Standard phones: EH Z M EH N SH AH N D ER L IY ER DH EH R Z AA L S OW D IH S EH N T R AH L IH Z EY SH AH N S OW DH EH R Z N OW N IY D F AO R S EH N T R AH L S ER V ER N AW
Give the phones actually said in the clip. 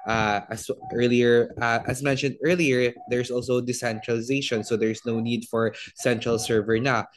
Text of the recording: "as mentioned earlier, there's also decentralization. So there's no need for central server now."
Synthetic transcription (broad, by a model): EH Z M EH N SH AH N D ER L IY ER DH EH R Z AA L S OW D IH S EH N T R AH L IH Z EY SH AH N S OW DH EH R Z N OW N IY D F AO R S EH N T R AH L S ER V ER N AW